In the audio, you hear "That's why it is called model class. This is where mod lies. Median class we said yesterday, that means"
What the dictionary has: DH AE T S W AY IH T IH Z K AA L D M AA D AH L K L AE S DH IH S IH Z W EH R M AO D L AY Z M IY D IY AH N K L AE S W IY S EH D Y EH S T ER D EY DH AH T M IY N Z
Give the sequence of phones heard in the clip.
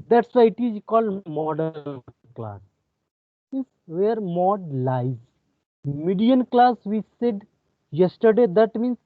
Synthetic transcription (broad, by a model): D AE T S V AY IH T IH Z K AA L D M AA D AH N K L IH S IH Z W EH R M AO D L AY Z M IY D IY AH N K L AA S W IY S EH D Y EH S T ER D EY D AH T M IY N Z